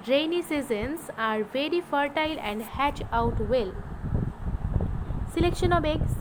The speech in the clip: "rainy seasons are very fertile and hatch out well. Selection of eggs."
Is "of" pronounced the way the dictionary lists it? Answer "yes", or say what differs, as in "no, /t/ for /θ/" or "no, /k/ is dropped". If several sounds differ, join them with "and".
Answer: no, /b/ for /v/